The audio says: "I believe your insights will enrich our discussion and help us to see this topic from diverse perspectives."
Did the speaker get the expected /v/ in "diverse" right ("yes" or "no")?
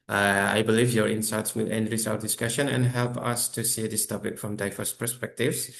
no